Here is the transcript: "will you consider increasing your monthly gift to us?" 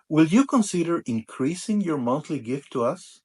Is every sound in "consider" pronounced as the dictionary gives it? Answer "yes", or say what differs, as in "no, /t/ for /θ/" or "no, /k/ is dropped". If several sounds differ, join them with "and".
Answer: yes